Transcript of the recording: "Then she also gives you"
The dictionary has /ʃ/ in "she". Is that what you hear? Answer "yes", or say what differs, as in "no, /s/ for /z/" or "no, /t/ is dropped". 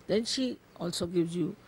yes